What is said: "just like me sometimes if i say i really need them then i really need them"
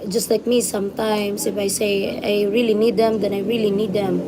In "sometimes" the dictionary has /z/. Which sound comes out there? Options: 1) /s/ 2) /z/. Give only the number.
1